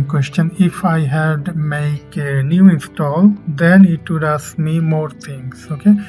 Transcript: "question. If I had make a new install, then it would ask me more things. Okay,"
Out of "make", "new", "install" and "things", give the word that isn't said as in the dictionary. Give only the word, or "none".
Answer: things